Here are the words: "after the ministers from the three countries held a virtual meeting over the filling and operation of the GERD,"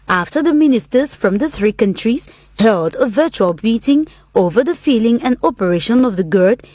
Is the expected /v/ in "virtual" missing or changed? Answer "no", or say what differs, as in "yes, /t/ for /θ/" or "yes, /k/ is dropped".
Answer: no